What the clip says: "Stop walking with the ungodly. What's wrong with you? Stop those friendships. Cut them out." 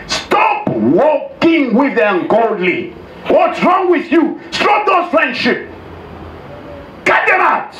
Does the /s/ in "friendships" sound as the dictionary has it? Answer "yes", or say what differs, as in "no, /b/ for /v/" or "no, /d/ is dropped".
no, /s/ is dropped